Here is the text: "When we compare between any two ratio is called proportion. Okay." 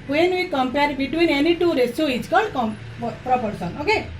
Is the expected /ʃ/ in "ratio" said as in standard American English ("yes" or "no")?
no